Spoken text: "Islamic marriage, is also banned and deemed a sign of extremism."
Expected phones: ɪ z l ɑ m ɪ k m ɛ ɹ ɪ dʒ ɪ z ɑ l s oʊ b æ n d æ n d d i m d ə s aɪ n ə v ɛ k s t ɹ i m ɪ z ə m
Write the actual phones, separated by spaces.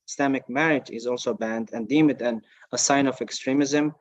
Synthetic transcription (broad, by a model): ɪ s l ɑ m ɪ k m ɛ ɹ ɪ dʒ ɪ z ɑ l s oʊ b æ n d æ n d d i m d ə s aɪ n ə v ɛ k s t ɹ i m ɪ z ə m